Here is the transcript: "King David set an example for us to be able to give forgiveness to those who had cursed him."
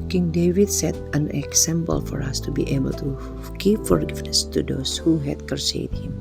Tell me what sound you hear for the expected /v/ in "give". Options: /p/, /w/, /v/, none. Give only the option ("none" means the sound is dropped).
/p/